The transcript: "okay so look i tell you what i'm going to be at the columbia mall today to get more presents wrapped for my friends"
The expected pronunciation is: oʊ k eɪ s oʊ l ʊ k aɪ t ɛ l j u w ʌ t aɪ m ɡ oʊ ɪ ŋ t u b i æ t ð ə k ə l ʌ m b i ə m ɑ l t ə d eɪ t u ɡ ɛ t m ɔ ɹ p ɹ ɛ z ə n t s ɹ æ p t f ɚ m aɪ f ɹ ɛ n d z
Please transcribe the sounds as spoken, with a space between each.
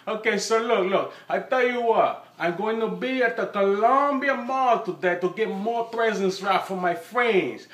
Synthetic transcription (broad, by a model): oʊ k eɪ s oʊ l ʊ k aɪ t ɛ l j u w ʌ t aɪ m ɡ oʊ ɪ ŋ t u b i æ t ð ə k ə l ʌ m b i ə m ɑ l t ə d eɪ t u ɡ ɛ t m ɔ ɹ p ɹ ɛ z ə n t s ɹ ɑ t f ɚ m aɪ f ɹ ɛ n d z